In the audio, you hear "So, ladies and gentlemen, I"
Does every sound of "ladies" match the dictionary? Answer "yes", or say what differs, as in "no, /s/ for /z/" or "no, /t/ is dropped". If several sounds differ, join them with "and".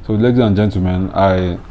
no, /z/ is dropped